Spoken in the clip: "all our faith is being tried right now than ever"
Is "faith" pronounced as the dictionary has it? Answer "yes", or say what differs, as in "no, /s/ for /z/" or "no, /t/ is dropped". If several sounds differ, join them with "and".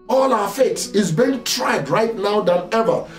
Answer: no, /s/ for /θ/